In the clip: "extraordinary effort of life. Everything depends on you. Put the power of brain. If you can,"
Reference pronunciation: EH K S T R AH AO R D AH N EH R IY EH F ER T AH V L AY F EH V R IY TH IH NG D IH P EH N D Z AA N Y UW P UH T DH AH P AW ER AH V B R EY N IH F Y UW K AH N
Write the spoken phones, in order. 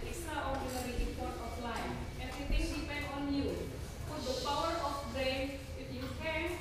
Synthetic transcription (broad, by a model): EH K S T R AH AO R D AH N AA R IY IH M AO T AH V L AY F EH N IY T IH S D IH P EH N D AA N Y UW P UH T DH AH P AW ER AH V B R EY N IH F Y UW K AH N